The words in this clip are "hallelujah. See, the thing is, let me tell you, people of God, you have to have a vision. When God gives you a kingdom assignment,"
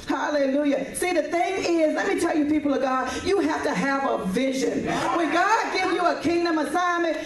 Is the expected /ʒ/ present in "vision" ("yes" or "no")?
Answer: yes